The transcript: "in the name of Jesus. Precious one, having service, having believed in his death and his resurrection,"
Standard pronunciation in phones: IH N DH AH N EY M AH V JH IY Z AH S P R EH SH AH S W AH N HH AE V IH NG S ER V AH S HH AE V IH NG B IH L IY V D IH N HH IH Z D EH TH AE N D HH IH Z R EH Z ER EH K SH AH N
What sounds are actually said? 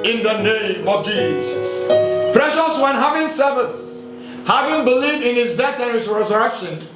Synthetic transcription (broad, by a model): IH N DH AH N EY M AH V JH IY Z AH S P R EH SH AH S W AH N HH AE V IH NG S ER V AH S HH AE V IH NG B IH L IY V D IH N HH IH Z D EH TH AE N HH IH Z R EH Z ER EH K SH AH N